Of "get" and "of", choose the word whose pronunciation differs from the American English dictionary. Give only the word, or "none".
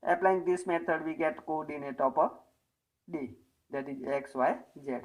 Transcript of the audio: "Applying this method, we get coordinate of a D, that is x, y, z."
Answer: of